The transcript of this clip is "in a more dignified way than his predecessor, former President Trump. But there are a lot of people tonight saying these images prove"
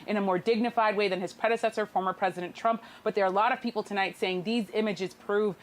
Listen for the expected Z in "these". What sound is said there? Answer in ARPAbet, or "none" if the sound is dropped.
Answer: Z